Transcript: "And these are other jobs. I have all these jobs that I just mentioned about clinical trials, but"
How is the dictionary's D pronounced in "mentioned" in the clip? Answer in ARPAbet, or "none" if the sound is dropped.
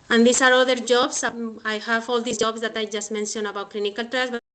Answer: none